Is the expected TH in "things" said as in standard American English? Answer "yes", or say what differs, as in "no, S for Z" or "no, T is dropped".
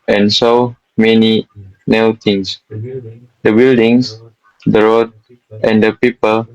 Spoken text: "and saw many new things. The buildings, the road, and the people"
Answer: no, T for TH